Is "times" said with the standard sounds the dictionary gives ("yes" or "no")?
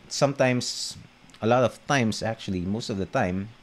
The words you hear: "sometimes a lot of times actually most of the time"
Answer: no